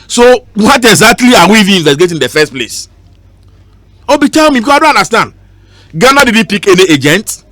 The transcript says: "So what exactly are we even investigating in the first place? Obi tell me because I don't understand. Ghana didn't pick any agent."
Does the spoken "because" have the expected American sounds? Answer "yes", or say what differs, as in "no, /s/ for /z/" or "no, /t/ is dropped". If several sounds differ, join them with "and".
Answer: no, /z/ is dropped